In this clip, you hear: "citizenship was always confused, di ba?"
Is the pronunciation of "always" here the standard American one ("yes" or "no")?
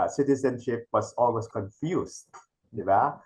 no